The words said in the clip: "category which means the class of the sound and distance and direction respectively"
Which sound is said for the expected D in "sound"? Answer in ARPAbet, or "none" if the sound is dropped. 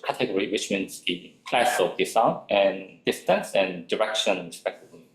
none